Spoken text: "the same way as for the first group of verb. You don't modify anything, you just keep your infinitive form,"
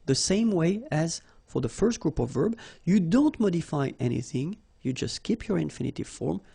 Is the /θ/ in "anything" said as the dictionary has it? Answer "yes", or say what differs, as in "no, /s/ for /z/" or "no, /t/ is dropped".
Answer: yes